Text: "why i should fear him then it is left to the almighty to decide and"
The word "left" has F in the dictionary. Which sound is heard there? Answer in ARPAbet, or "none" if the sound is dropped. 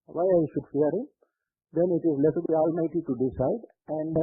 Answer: none